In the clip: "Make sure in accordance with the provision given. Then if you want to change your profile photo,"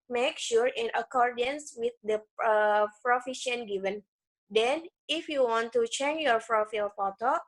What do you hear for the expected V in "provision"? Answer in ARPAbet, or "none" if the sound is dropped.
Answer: F